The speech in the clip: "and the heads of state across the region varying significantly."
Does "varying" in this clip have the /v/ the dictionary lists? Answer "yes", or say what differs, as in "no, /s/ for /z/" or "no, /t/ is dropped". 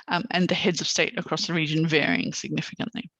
yes